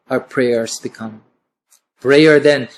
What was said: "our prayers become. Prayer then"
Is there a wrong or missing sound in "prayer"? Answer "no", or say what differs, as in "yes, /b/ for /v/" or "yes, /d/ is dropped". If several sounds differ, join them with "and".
yes, /b/ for /p/